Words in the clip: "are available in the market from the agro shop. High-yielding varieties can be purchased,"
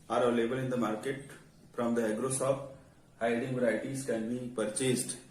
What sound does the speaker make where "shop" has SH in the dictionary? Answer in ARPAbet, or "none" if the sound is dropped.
S